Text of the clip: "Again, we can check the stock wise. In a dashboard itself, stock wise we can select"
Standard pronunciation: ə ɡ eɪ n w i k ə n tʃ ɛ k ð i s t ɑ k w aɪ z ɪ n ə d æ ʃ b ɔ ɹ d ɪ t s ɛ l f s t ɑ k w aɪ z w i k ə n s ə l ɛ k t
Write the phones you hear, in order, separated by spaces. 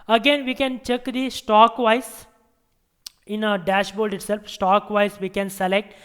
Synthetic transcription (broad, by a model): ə ɡ eɪ n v i k ə n tʃ ɛ k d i s t ɑ k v aɪ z ɪ n ə d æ ʃ b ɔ l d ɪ t s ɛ l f s t ɑ k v aɪ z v i k ə n s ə l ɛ k t